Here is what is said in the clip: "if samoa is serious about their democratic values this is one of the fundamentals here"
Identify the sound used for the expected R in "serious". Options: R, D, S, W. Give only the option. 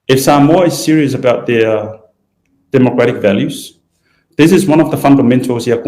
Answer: R